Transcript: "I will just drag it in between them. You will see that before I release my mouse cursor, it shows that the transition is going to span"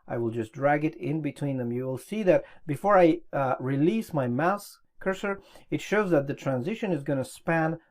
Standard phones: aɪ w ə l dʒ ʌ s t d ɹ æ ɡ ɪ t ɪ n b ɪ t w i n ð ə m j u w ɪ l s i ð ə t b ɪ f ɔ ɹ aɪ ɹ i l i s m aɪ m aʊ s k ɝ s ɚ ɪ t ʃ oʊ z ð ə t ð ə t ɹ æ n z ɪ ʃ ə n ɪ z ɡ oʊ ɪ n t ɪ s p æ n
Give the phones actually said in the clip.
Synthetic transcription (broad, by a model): aɪ w ə l dʒ ʌ s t d ɹ æ ɡ ɪ t ɪ n b ɪ t w i n ð ə m j u w ɪ l s i ð ə t b ɪ f ɔ ɹ aɪ ɹ i l i s m aɪ m aʊ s k ɝ s ɚ ɪ t ʃ oʊ z ð ə t ð ə t ɹ æ n z ɪ ʃ ə n ɪ z ɡ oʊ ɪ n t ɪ s p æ n